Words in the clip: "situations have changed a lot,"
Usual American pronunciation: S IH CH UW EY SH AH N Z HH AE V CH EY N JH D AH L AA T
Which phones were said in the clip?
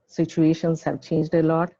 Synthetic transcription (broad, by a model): S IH CH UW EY SH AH N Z HH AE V CH EY N JH D AH L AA T